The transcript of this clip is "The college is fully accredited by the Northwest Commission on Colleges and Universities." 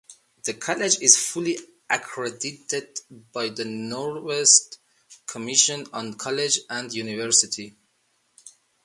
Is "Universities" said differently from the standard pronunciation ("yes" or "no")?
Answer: yes